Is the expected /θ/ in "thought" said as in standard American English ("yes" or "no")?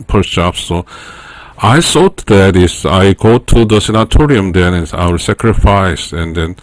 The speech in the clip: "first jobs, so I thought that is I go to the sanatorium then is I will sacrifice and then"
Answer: no